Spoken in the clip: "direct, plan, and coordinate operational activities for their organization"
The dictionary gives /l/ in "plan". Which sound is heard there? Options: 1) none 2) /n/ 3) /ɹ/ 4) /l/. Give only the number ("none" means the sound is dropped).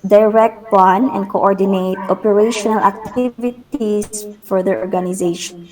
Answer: 1